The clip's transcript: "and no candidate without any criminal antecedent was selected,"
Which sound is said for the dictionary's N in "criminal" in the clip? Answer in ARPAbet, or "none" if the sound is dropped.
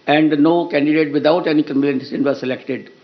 L